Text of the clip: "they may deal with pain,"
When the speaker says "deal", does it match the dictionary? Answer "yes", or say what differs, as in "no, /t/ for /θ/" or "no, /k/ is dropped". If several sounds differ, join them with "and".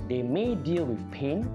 yes